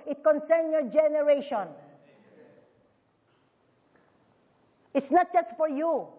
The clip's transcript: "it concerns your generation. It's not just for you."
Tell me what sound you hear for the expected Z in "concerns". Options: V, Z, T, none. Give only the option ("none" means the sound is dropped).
none